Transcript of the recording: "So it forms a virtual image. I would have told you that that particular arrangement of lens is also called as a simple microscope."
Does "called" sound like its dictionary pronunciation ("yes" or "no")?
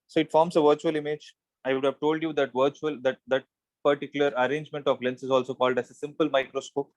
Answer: yes